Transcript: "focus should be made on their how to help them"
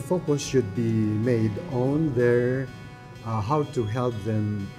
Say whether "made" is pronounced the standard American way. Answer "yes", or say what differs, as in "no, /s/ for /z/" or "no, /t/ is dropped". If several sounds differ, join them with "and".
yes